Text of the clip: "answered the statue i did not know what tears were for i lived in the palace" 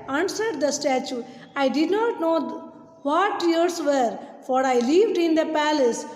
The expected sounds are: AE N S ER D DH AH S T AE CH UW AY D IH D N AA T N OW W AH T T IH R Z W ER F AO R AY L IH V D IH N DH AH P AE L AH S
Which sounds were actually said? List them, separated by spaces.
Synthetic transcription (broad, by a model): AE N S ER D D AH S T AE CH UW AY D IH D N AA T N OW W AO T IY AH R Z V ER F AO R AY L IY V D IH N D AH P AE L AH S